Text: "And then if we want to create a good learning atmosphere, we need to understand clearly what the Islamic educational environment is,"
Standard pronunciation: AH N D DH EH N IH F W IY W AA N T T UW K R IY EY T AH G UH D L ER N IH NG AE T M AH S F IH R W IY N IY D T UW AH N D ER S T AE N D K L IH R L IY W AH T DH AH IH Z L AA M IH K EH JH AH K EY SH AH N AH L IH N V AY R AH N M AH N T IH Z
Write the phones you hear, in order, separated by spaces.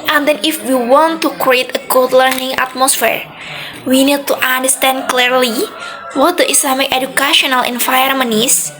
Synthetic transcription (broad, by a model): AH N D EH N IH F W IY W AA N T T UW K R IY EY T AH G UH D L ER N IH NG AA T M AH S F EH R W IY N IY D T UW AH N D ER S T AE N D K L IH R L IY W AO T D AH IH S L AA M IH K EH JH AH K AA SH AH N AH L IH N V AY AH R M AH N IH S